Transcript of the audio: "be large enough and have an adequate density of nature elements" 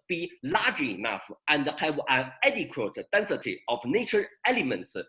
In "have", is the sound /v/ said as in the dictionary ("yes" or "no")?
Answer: no